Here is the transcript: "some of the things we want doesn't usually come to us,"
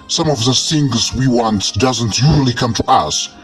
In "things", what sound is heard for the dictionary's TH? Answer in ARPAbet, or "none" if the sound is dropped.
S